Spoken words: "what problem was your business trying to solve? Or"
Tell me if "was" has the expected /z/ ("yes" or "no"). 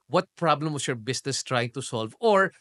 no